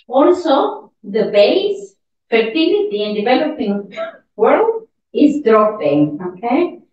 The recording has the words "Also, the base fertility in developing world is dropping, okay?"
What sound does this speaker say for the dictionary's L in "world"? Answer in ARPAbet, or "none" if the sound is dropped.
L